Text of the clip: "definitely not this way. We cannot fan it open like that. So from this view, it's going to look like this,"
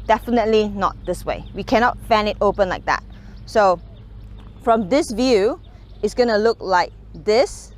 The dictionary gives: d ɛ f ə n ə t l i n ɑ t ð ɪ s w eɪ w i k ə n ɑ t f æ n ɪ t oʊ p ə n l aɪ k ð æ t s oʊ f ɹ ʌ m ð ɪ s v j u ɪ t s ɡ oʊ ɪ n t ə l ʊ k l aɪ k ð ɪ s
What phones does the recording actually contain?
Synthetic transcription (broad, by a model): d ɛ f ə n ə t l i n ɑ t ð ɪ s w eɪ w i k ə n ɑ t f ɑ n ɪ t oʊ p ə n l aɪ k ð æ t s oʊ f ɹ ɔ m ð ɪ s v j u ɪ t s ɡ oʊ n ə l ʊ k l aɪ k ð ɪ s